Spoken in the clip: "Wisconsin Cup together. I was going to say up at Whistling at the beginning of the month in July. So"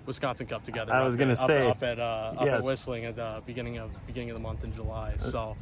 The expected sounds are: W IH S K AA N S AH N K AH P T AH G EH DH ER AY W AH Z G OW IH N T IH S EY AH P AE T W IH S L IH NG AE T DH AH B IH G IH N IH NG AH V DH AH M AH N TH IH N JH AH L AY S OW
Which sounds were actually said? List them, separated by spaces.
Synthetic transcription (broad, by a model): W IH S K AA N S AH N K AH P T AH G EH DH ER AY W AH Z G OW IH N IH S EY AH P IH T W IH S L IH NG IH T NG AH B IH G IH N IH NG AH V DH AH M AH N TH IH N JH AH L AY S OW